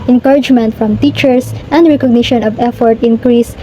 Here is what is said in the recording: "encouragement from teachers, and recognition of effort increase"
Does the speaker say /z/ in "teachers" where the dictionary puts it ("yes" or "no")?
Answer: no